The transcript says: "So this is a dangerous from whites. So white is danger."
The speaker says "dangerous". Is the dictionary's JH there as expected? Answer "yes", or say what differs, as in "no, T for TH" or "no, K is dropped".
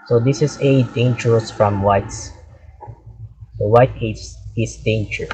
no, CH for JH